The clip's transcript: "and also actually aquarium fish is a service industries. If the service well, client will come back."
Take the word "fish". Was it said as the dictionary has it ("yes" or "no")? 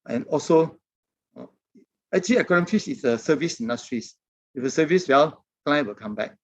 no